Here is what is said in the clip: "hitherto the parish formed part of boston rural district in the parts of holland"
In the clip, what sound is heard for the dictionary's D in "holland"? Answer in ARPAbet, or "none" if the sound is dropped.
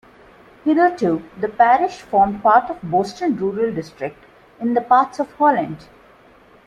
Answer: D